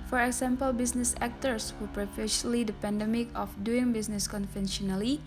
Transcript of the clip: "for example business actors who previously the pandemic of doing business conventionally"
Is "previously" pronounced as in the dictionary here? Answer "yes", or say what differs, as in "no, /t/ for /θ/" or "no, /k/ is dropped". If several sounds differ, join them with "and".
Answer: no, /s/ is dropped